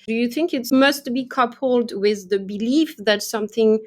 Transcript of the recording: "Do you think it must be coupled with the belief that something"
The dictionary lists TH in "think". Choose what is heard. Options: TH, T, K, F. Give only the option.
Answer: TH